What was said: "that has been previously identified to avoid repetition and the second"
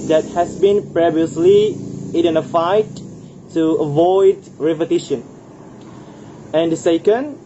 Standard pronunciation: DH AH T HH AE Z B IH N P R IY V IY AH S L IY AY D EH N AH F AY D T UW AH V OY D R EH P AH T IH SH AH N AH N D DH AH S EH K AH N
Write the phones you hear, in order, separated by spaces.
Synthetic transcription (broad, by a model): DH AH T HH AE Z B IH N P R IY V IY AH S L IY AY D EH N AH F AY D T UW AH V OY D R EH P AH T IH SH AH N AH N D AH S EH K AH N